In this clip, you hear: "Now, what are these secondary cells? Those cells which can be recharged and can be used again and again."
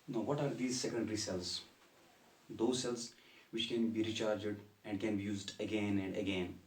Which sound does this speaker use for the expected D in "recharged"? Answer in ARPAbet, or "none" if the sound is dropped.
D